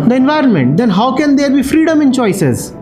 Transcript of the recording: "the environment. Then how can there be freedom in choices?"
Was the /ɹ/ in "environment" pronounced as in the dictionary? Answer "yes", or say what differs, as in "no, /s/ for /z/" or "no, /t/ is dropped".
yes